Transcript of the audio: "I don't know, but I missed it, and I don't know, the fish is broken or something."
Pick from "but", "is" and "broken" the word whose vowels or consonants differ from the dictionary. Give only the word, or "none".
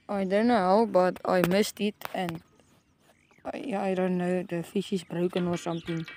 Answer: is